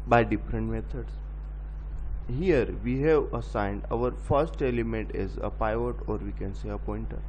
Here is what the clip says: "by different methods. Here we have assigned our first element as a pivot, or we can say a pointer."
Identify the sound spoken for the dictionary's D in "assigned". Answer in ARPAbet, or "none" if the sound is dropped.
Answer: D